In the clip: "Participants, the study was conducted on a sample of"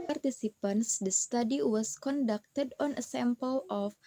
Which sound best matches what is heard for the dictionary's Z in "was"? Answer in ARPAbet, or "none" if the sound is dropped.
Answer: S